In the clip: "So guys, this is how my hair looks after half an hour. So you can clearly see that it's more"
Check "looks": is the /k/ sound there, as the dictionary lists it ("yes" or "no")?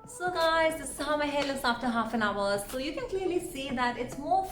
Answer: no